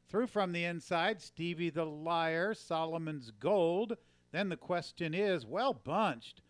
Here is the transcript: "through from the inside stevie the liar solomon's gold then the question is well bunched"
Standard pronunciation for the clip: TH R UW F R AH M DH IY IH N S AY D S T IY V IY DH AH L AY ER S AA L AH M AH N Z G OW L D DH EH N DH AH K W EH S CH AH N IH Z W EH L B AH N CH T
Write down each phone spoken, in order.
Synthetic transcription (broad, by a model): TH R UW F R AH M DH IY IH N S AY D S T IY V IY DH AH L AY ER S AA L AH M AH N Z G OW L D DH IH N DH AH K W EH S CH AH N IH Z W EH L B AH N CH T